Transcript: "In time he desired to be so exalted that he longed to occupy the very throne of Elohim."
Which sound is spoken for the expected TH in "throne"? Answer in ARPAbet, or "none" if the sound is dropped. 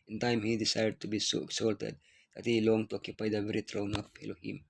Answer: T